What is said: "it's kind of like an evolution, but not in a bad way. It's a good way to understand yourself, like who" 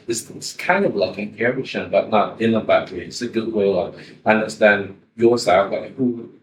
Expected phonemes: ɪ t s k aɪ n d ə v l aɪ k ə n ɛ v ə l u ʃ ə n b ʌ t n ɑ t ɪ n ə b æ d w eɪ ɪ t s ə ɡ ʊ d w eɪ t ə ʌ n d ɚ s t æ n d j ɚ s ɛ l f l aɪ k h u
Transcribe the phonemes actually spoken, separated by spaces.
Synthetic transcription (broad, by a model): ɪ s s k aɪ n d ə v l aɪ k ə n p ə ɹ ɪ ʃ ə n b ʌ t n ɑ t ɪ n ə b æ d w eɪ ɪ t s ə ɡ ʊ d w eɪ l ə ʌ n d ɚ s t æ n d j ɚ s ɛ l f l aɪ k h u